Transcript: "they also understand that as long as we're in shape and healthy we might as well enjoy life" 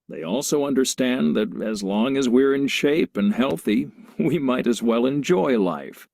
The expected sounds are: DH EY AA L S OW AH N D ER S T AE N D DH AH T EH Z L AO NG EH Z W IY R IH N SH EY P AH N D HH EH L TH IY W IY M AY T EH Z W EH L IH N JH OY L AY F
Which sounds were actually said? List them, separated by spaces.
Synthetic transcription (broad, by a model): DH EY AA L S OW AH N D ER S T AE N DH AH T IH Z L AO NG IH Z W IY R IH N SH EY P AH N HH EH L TH IY W IY M AY T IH Z W EH L IH N JH OY L AY F